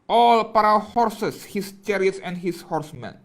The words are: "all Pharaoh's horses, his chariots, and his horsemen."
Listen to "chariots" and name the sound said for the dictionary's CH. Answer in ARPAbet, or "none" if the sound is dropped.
CH